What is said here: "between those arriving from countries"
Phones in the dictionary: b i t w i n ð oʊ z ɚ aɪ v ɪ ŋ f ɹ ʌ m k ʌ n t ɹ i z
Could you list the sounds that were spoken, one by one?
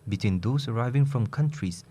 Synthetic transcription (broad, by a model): b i t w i n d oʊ s ɚ aɪ v ɪ ŋ f ɹ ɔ m k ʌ n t ɹ i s